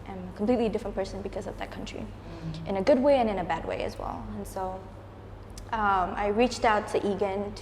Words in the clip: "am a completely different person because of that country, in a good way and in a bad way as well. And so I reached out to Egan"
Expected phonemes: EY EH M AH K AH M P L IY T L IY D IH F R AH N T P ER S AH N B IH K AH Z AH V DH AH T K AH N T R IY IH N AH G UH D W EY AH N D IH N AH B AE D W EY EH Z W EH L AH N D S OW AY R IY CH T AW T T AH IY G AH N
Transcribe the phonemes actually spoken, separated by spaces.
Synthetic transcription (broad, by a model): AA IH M AH K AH M P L IY T L IY D IH F R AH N P ER S AH N B IH K AH Z AH V DH AH T K AH N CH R IY IH N AH G UH D W EY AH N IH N AH B AE D W EY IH Z W EH L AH N S OW AY R IY CH T AW T T IY G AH N